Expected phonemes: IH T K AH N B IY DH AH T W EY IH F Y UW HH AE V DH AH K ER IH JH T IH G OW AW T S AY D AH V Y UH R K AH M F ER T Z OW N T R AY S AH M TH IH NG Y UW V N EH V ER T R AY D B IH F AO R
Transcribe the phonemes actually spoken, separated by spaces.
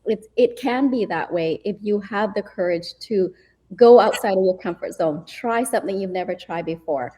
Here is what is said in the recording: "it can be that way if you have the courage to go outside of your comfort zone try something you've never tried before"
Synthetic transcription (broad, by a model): IH T K AH N B IY DH AH T W EY IH F Y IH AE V DH AH K ER IH JH T IH G OW AW T S AY D AH V Y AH R K AH M F ER T Z OW N T R AY S AH M TH IH NG Y UW V N EH V ER T R AY D B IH F AO R